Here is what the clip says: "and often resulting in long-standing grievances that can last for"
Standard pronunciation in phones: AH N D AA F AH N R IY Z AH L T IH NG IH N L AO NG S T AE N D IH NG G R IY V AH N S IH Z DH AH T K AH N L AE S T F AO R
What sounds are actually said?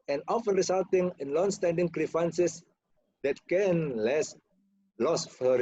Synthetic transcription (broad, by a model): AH N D AA F AH N R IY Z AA L T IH NG IH N L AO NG S T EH N D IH NG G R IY F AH N S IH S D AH T K AH N L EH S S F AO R